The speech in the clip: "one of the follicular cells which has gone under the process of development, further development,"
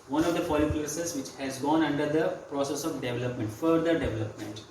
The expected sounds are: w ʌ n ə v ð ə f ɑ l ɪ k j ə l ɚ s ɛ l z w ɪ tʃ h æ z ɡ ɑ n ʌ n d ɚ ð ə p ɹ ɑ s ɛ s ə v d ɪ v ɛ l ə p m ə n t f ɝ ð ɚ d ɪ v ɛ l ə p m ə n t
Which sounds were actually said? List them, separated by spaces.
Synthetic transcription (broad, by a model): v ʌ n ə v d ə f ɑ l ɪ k l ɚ s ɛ z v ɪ tʃ h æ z ɡ ɑ n ʌ n d ɚ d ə p ɹ ɑ s ɛ s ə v d ɪ v ɛ l ə p m ə n t f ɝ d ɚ d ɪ v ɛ l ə p m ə n t